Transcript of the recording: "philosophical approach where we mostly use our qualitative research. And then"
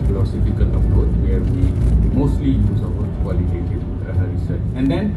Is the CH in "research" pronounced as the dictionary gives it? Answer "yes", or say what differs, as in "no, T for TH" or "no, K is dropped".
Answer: no, S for CH